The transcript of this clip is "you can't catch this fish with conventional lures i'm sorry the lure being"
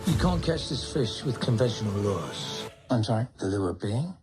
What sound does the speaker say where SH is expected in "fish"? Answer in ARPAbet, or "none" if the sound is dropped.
SH